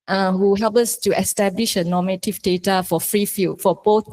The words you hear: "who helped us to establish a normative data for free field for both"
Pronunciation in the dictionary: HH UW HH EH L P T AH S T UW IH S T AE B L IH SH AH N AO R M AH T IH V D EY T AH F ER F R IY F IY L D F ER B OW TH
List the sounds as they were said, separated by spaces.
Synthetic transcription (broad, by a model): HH UW HH EH L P AH S T UW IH S T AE B L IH SH AH N AO M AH T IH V D EY T AH F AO F R IY F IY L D F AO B OW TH